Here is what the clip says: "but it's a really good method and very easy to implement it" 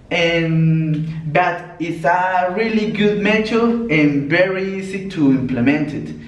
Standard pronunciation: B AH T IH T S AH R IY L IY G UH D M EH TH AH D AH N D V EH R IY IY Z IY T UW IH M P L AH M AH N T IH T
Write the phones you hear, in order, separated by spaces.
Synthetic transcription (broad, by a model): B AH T IH T S AH R IY L IY G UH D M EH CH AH AH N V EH R IY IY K T UW IH M P L AH M AH N T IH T